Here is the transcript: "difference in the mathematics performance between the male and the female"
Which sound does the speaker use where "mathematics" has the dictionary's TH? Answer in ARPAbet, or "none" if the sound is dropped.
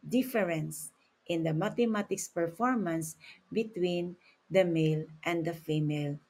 T